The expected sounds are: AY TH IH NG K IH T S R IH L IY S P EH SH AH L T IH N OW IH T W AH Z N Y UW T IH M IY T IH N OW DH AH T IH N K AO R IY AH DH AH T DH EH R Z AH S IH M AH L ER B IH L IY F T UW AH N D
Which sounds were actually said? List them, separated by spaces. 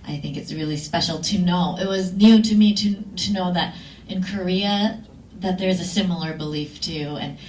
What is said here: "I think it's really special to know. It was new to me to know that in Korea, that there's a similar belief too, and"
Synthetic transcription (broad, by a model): AY TH IH NG K IH T S R IH L IY S P EH SH L T IH N OW IH T W AH Z N Y UW T IH M IY T IH N OW DH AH T IH N K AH R IY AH DH AH T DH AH R Z AH S IH M L ER B IH L IY F T UW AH N